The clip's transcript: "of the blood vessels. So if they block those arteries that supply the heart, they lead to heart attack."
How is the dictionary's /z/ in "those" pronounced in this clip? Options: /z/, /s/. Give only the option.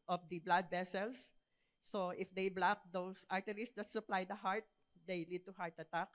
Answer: /s/